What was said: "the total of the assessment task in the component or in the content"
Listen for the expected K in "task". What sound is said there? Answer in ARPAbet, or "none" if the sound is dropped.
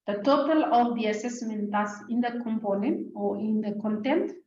none